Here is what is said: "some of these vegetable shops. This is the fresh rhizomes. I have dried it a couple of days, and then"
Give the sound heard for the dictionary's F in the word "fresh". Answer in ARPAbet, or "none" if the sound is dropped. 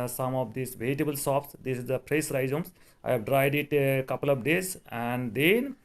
P